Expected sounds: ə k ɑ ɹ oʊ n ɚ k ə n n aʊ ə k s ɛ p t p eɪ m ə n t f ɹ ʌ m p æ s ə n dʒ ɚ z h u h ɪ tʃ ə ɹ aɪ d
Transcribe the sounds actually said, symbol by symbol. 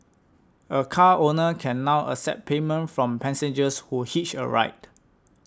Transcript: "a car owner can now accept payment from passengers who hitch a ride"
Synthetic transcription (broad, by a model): ə k ɑ oʊ n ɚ k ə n n aʊ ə s ɛ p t p eɪ m ə n t f ɹ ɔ m p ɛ s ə n dʒ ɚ s h u h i tʃ ə ɹ aɪ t